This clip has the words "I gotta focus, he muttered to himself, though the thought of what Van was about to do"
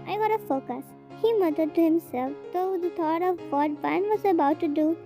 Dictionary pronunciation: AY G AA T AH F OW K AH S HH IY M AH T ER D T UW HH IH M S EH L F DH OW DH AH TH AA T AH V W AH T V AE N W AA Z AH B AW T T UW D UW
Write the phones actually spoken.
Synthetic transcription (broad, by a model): AY G AA T AH F OW K AH S HH IY M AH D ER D T UW HH IH M S EH L F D OW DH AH T AA T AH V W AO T B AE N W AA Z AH B AW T T UW D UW